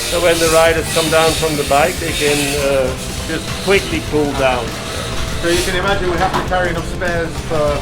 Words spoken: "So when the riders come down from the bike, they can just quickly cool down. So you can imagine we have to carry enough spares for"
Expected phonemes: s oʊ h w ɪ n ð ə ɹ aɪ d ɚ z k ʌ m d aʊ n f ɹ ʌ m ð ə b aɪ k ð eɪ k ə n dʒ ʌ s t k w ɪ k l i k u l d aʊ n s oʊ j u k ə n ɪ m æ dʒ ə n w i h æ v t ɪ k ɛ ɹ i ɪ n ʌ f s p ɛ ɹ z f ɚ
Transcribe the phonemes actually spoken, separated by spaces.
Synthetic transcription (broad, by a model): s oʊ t w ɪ n ð ə ɹ aɪ d ɚ z k ʌ m d aʊ n f ɹ ʌ m ð ə b aɪ k ð eɪ k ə n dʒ ʌ s k w ɪ k l i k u l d aʊ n s oʊ j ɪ k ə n ɪ m æ dʒ ə n w i h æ f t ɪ k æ ɹ i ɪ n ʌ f s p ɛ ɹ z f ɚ